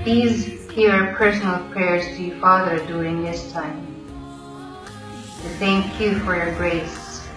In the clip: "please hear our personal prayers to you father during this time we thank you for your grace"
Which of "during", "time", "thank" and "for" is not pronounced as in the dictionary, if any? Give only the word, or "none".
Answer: during